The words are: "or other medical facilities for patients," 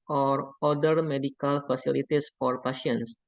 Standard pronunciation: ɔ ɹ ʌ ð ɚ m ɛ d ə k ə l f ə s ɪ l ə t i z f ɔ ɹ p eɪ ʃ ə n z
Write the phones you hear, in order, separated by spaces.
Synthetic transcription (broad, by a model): ɔ ɹ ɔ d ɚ m ɛ d ə k ə l f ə s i l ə t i s f ɔ ɹ p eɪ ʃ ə n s